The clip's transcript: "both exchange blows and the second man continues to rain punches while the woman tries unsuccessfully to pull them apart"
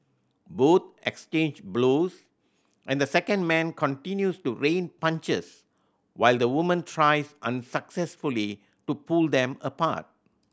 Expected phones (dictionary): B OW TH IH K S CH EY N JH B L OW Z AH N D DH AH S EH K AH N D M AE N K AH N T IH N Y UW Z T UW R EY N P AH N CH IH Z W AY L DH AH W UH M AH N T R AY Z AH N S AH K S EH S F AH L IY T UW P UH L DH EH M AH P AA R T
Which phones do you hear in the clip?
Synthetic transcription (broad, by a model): B OW T IH K S CH EY N JH B L OW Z AH N D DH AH S EH K AH N D M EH N K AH N T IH N Y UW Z T UW R EY N P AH N CH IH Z W AY L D AH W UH M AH N T R AY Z AH N S AH K S EH S F AH L IY T UW P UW L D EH M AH P AA T